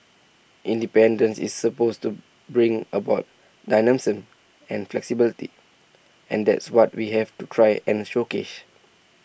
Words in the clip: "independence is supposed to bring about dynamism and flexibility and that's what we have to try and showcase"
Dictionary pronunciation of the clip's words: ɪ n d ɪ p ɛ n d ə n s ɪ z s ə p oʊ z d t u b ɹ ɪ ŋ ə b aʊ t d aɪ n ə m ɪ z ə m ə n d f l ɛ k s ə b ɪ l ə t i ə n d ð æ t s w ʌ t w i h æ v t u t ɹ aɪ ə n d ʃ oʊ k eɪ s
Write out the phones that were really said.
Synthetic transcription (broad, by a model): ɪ n d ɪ p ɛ n d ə n s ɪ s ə p oʊ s t u b ɹ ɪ ŋ ə b aʊ t d aɪ n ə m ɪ s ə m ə n f l ɛ k s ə b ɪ l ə t i ə n d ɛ t s w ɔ t w i h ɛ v t u t ɹ aɪ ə n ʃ oʊ k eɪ ʃ